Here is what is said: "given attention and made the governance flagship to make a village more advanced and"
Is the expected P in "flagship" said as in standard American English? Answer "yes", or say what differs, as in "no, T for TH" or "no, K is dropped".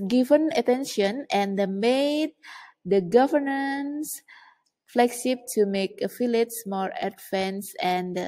no, B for P